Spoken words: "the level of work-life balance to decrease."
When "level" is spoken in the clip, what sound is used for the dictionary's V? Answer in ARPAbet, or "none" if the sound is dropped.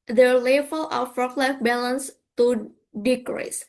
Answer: F